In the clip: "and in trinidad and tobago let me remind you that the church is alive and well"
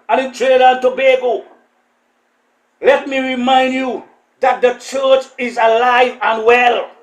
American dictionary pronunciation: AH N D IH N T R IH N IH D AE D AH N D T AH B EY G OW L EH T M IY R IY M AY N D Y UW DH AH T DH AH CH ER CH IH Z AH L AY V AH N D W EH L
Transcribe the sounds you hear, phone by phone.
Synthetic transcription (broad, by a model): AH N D IH N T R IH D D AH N T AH B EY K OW L EH T M IY R IY M AY N D Y UW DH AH T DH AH CH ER CH IH Z AH L AY V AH N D W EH L